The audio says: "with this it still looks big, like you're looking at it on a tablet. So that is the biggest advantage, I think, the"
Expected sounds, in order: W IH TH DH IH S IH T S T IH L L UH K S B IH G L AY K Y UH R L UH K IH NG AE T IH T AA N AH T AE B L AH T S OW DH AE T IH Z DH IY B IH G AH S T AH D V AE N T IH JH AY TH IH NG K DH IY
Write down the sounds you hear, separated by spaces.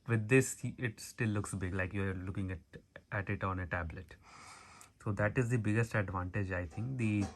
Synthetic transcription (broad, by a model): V IH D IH S IH T S T IH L L UH K S B IH G L AY K Y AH R L UH K IH NG AE T IH T AA N AH T AE B L AH T S OW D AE T IH Z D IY B IH G AH S T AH D V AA N T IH JH AY T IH NG K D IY